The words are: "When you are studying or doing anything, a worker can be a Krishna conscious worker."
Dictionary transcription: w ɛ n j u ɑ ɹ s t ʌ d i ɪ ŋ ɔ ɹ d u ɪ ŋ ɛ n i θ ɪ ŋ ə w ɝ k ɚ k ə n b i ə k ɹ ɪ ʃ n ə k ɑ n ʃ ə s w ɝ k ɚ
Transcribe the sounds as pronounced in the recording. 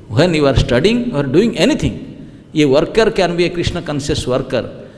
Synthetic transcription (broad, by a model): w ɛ n j u ɑ ɹ s t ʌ d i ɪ ŋ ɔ ɹ d u ɪ ŋ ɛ n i t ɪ ŋ ə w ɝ k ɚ k ə n b i ə k ɹ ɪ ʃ n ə k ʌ n s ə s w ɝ k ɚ